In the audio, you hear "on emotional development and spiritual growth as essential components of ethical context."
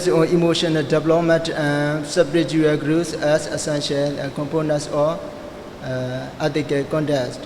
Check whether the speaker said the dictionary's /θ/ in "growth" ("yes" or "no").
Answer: no